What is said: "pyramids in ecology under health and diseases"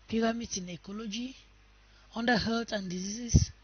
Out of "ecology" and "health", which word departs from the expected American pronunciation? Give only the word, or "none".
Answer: health